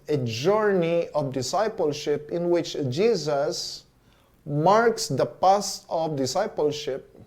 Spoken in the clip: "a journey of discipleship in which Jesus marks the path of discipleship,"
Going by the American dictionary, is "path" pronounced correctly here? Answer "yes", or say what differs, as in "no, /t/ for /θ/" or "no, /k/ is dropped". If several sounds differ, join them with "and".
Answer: no, /s/ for /θ/